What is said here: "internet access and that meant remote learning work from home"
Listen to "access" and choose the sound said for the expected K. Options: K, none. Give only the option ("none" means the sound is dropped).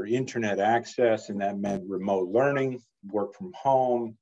K